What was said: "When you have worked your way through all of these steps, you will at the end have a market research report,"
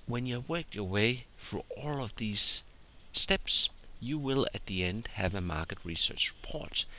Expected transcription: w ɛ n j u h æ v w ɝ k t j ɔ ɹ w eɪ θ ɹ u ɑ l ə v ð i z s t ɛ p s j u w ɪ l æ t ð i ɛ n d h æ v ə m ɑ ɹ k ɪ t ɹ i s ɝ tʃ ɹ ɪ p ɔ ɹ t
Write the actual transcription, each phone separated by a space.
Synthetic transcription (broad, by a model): w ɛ n j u w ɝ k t j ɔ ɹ w eɪ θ ɹ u ɑ l ə v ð i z s t ɛ p s j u w ɪ l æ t ð i ɛ n d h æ v ə m ɑ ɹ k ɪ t ɹ i s ɝ tʃ ɹ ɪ p ɔ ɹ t